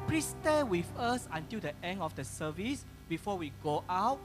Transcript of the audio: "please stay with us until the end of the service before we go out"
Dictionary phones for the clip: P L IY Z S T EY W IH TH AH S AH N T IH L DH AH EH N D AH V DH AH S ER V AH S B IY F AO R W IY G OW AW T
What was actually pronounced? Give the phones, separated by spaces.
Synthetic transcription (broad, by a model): P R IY S T EY W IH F AH S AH N T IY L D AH EH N AH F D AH S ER V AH S B IY F AO W IY G OW AW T